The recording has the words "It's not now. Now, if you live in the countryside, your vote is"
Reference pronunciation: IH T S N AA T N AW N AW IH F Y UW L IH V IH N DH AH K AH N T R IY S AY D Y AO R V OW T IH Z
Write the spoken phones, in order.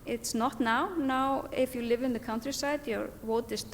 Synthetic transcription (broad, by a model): IH T S N AA T N AW N AW IH F Y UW L IH V IH N DH AH K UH N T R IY S AY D Y AO R W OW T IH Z